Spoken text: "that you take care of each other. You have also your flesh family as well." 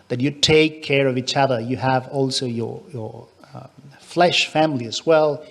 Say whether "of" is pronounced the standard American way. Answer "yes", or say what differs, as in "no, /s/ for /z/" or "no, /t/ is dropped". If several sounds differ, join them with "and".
yes